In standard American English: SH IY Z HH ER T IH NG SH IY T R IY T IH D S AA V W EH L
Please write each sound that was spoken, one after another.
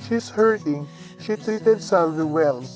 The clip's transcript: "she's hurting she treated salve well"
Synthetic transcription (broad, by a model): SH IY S HH ER T IH NG SH IY T R IY T IH D S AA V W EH L